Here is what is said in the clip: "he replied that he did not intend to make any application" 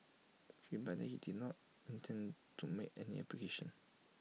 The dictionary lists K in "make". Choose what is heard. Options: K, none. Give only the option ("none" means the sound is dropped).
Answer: none